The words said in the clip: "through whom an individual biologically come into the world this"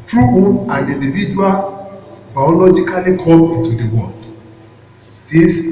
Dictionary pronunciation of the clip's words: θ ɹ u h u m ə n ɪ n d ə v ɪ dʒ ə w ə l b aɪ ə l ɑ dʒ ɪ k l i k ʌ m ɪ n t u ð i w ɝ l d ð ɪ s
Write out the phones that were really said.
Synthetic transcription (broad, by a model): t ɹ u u ə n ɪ n d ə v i dʒ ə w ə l b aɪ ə l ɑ dʒ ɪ k l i k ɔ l ɪ n t u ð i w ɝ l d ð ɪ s